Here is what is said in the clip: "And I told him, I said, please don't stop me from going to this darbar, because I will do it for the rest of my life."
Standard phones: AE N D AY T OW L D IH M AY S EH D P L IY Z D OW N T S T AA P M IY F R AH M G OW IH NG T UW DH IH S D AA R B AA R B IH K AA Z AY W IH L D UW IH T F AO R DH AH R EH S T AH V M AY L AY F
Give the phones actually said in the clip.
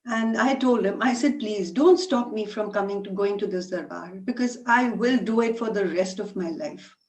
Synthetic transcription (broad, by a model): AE N D AY T OW L D IH M AY S EH D P L IY Z D OW N T S T AA P M IY F R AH M G OW IH NG T UW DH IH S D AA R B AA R B IH K AA Z AY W IH L D UW IH T F AO R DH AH R EH S T AH V M AY L AY F